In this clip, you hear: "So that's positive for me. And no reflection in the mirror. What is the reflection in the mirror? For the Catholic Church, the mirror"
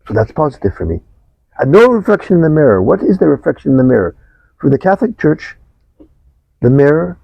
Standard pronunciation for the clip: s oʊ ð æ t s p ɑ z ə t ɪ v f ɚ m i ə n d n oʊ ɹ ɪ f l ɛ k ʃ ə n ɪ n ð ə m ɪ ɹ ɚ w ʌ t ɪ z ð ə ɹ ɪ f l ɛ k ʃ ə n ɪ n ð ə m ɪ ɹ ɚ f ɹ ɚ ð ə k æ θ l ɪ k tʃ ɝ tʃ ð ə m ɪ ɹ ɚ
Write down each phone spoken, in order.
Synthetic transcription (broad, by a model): s oʊ ð æ t s p ɑ z ə t ɪ v f ɚ m i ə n n oʊ ɹ ɪ f l ɛ k ʃ ə n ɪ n ð ə m ɪ ɹ ɚ w ʌ t ɪ z ð ə ɹ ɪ f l ɛ k ʃ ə n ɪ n ð ə m ɪ ɹ ɚ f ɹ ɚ ð ə k æ θ l ɪ k tʃ ɝ tʃ ð ə m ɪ ɹ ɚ